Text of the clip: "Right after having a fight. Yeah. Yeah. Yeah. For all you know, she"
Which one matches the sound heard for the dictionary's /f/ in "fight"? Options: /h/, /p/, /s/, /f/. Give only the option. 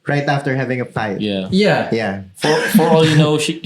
/p/